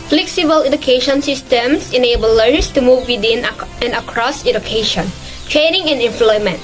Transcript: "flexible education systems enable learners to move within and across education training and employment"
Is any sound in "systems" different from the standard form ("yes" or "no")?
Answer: yes